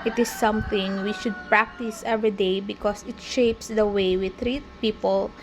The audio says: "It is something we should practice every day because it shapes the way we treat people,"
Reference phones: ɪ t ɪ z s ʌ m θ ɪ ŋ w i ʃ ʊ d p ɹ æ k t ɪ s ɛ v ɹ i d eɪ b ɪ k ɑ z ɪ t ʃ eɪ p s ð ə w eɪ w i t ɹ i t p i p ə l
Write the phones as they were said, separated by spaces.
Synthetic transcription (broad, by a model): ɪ t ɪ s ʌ m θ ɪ ŋ w i ʃ ʊ d p ɹ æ k t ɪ s ɛ v ɹ i d eɪ b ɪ k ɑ s ɪ t ʃ eɪ p s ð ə w eɪ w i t ɹ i t p i p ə l